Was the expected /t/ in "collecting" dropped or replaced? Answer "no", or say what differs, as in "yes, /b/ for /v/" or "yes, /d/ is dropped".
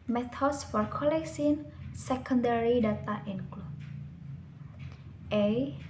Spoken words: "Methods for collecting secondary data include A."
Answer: yes, /s/ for /t/